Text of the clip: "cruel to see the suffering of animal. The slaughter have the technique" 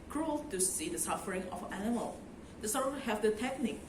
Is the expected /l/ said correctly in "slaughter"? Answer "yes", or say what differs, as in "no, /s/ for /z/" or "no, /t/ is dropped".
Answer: no, /l/ is dropped